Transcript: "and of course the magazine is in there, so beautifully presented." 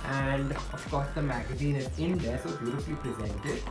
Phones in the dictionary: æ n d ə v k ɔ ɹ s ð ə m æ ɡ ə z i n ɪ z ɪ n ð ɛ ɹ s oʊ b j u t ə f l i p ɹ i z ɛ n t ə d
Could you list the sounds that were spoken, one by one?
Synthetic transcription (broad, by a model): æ n d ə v k ɔ ɹ s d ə m æ ɡ ə z i n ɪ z ɪ n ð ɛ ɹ s oʊ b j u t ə p l i p ɹ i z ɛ n t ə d